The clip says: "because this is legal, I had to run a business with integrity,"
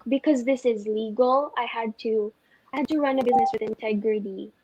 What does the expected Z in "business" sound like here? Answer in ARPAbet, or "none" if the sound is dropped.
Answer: Z